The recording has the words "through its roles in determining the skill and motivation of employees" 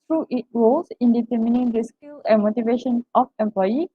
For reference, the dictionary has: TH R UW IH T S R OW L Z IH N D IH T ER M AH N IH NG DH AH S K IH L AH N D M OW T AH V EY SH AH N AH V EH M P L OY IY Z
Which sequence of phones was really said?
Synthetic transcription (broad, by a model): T R UW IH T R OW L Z IH N D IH T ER M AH N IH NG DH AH S K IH L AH N M OW T AH V EY SH AH N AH F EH M P L OY IY